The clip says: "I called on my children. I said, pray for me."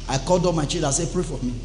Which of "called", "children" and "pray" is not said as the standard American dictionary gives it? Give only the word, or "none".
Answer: children